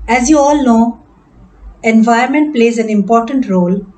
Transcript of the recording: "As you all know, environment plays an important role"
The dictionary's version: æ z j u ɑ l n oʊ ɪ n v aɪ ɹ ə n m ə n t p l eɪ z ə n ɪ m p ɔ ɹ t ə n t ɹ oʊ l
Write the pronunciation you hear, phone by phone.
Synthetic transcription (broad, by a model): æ z j u ɑ l n oʊ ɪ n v aɪ ə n m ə n t p l eɪ z ə n ɪ m p ɔ ɹ t ə n t ɹ oʊ l